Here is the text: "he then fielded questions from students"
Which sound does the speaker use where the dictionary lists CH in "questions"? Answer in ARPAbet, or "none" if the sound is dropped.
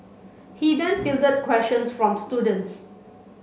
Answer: SH